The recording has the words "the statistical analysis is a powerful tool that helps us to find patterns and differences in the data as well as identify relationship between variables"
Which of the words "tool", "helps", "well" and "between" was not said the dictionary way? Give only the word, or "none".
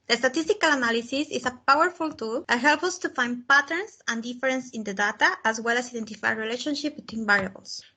helps